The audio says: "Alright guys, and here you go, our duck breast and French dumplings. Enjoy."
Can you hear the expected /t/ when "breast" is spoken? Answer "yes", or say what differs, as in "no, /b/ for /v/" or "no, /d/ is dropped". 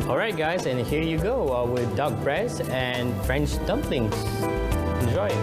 no, /t/ is dropped